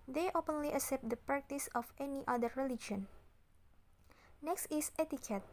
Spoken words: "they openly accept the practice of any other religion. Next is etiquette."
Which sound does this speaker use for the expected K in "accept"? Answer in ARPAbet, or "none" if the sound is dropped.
none